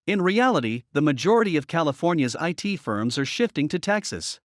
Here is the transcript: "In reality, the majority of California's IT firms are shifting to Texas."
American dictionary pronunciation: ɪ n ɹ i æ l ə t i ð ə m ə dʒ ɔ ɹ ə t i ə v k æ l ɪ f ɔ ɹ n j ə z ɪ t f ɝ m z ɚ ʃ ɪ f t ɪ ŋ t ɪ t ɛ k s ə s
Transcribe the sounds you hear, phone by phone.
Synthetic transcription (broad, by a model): ɪ n ɹ i æ l ə t i ð ə m ə dʒ ɔ ɹ ə t i ə v k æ l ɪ f ɔ ɹ n j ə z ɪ t f ɝ m z ɚ ʃ ɪ f t ɪ ŋ t ɪ t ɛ k s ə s